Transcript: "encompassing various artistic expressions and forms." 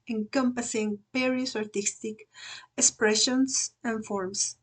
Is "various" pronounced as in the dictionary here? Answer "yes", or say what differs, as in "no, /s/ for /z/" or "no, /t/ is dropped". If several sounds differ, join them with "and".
no, /p/ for /v/